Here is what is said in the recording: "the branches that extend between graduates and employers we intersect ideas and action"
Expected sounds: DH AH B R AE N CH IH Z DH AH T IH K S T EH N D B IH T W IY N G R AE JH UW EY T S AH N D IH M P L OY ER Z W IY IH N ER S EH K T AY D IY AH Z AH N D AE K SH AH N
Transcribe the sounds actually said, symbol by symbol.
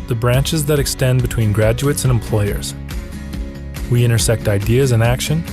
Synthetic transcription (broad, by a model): DH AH B R AE N CH IH Z DH AH T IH K S T EH N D B IH T W IY N G R AE JH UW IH T S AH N IH M P L OY ER Z W IY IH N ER S EH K T AY D IY AH Z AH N AE K SH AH N